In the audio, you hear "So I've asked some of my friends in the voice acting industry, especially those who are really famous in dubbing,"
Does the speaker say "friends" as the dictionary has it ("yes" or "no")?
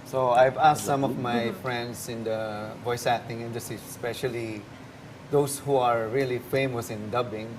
no